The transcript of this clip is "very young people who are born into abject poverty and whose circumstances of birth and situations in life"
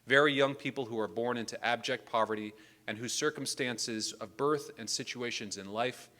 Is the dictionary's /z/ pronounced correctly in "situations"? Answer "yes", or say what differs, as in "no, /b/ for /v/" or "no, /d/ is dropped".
yes